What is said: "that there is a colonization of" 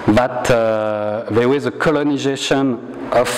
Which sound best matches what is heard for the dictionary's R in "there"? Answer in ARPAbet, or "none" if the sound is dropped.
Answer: W